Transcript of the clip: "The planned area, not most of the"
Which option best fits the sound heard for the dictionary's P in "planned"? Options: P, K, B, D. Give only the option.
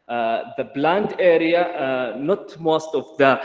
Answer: B